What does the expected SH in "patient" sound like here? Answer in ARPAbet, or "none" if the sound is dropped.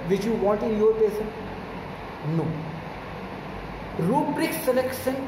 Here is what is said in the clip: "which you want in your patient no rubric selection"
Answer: S